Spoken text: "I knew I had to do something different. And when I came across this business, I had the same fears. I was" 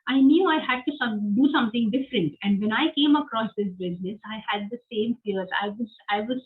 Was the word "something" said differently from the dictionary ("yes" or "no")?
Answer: yes